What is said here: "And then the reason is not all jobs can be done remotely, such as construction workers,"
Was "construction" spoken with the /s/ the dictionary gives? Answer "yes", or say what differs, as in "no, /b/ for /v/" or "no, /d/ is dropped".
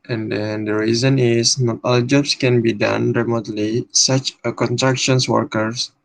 no, /s/ is dropped